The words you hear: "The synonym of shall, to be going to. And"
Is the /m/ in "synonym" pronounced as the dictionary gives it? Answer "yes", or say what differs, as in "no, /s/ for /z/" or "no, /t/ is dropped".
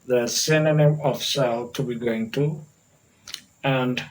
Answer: no, /m/ is dropped